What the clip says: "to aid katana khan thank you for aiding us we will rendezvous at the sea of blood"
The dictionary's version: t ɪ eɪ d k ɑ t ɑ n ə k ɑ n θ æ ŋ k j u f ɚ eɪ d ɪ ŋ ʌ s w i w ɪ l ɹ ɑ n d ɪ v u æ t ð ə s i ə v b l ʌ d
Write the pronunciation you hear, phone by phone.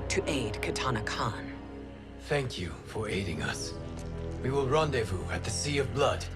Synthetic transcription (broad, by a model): t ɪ eɪ d k ɑ t ɑ n ə k ɑ n θ æ ŋ k j u f ɚ eɪ d ɪ ŋ ʌ s w i w ɪ l ɹ ɑ n d ɪ v u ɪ t ð ə s i ə v b l ʌ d